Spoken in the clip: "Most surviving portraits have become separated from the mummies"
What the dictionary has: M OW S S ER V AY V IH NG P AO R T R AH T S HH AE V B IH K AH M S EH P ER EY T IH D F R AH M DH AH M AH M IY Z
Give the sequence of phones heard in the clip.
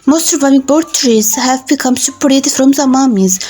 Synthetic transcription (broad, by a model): M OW S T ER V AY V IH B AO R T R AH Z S HH AE V B IH K AH M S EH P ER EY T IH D F R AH M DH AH M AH M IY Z